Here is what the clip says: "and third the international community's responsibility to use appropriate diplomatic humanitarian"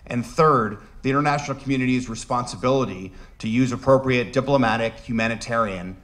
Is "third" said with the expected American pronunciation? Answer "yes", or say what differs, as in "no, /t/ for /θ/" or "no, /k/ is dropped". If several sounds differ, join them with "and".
yes